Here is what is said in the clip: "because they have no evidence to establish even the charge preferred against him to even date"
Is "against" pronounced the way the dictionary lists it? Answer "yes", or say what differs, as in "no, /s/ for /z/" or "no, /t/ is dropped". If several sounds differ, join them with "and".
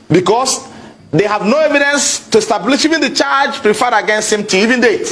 yes